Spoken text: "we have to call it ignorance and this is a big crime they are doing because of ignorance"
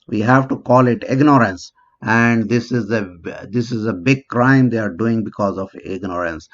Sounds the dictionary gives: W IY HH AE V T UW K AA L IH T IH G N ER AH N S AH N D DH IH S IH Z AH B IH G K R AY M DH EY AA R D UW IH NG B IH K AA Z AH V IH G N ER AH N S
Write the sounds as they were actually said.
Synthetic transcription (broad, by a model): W IY HH AE V T UW K AA L IH T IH G N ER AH N S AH N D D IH S IH Z AH B IH G K R AY M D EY AA R D UW IH NG B IH K AA Z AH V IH G N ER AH N S